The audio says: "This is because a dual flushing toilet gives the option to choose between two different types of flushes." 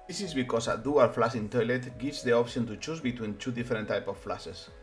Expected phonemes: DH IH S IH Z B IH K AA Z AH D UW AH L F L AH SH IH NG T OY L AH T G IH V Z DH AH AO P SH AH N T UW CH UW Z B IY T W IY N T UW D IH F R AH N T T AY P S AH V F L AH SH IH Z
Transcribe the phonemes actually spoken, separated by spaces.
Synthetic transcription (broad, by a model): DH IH S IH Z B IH K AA S AH D UW AH L F L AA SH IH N T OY L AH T G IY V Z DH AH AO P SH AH N T UW CH UW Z B IY T W IY N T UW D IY F R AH N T T AY P AH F L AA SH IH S